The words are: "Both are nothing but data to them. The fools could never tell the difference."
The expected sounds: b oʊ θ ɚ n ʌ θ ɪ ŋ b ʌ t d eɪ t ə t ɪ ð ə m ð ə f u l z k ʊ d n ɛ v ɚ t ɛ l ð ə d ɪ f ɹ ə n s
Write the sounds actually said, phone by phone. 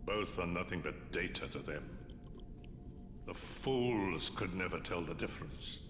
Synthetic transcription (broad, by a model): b oʊ θ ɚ n ʌ θ ɪ ŋ b ʌ t d eɪ t ə t ɪ ð ə m ð ə f u l z k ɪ d n ɛ v ɚ t ɛ l ð ə d ɪ f ɹ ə n s